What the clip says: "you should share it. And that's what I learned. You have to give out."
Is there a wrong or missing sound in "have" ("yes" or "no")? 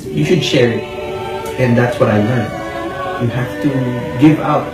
yes